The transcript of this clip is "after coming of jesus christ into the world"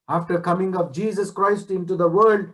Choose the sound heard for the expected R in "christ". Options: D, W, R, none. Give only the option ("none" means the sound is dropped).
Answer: R